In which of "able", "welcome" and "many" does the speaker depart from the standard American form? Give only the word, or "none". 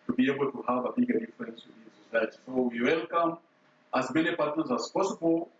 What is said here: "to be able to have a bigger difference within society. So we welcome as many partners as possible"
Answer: none